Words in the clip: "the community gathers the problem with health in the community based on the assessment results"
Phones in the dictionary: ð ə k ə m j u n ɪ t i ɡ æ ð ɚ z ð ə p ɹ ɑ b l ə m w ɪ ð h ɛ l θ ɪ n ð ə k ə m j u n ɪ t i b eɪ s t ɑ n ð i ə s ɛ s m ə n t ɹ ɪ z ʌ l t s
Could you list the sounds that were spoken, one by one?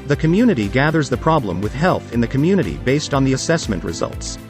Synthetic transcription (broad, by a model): ð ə k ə m j u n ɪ t i ɡ æ ð ɚ z ð ə p ɹ ɑ b l ə m w ɪ ð h ɛ l θ ɪ n ð ə k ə m j u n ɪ t i b eɪ s t n ð i ə s ɛ s m ə n t ɹ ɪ z ʌ l t s